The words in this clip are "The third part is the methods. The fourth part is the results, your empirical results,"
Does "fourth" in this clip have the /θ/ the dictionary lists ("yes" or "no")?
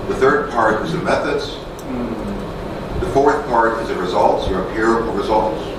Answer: yes